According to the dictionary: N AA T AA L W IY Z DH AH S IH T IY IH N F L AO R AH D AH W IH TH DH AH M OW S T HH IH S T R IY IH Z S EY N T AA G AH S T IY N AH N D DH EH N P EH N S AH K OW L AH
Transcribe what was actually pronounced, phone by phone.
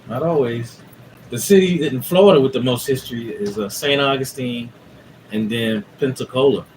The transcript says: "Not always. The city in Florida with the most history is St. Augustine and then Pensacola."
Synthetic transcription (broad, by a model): N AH T AA L W IY Z DH AH S IH T IY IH N F L AO R AH D AH W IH DH AH M OW S T HH IH S T R IY IH Z S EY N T AA G AH S T IY N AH N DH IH N P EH N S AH K OW L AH